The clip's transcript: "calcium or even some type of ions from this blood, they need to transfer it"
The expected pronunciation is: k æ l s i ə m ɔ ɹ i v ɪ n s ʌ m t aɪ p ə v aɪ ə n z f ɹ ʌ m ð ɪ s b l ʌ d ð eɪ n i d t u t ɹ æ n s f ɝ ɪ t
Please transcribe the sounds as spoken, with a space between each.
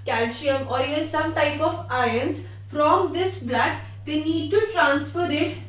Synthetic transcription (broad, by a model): k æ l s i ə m ɔ ɹ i ɪ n s ʌ m t aɪ p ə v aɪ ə n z f ɹ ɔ m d ɪ s b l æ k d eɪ n i d t u t ɹ æ n s f ɝ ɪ t